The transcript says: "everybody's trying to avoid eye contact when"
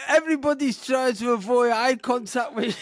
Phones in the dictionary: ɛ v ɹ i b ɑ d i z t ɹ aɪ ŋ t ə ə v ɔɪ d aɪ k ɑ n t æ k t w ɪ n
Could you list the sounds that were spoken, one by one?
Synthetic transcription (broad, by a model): ɛ v ɹ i b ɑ d i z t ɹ aɪ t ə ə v ɔɪ aɪ k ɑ n t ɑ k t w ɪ